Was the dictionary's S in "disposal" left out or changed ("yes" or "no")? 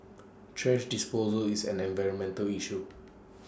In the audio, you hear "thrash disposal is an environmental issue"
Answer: no